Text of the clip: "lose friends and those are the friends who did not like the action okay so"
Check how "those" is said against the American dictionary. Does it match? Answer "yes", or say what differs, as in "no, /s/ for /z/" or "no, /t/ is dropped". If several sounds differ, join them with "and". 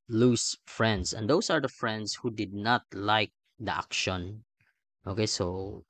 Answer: no, /s/ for /z/